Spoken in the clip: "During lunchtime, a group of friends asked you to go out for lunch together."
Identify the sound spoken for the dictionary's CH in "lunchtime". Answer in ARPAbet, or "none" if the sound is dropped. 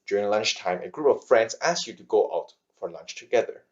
CH